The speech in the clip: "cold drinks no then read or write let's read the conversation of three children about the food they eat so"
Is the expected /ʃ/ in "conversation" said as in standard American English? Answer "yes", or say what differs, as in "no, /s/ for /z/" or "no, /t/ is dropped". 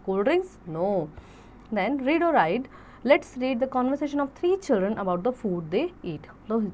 yes